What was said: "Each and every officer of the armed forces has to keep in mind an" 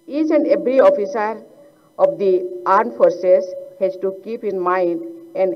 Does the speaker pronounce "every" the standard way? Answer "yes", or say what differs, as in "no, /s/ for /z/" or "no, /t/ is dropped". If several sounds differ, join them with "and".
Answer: no, /b/ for /v/